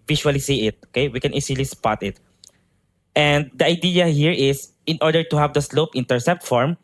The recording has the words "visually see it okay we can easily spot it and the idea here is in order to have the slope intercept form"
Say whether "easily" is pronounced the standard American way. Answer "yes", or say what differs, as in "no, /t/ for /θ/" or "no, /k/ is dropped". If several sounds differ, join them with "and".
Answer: no, /s/ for /z/